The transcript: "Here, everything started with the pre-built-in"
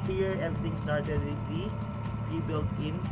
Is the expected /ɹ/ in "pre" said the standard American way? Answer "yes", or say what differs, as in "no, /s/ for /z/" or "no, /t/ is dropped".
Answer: no, /ɹ/ is dropped